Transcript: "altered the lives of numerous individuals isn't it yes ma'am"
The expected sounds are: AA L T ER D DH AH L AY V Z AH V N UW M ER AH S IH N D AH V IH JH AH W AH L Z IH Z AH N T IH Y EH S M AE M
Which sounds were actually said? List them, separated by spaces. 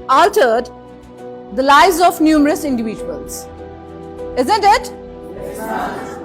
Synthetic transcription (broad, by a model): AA L T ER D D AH L AY Z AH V N UW M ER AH S IH N D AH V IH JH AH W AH L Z IH Z AH N T IH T